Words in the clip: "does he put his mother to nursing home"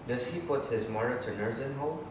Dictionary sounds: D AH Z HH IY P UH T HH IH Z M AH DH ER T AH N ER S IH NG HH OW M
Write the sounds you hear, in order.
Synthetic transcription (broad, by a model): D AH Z HH IY P UH T HH IH Z M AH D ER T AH L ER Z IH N HH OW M